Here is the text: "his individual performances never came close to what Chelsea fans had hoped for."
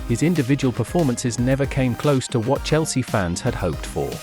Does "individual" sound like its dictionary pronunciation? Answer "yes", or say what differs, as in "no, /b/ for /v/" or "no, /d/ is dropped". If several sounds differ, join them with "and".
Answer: yes